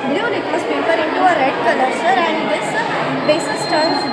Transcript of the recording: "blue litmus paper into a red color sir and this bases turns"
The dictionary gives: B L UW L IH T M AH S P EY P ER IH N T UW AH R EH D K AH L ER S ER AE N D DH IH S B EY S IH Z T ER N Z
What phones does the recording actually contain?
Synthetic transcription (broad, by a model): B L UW N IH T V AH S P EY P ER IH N T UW AH R EH D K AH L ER S ER AE N D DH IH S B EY S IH S T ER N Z